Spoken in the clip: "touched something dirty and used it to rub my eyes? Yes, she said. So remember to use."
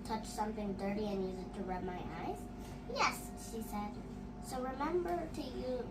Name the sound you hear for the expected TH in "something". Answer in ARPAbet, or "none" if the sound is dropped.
TH